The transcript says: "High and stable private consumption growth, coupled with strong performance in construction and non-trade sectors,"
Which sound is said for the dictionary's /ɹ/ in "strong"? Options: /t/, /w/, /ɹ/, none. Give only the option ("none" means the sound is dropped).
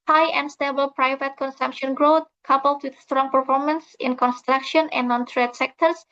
/ɹ/